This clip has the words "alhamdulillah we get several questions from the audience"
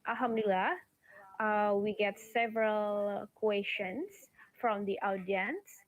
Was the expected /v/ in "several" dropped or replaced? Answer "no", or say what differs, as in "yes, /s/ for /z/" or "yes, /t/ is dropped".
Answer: no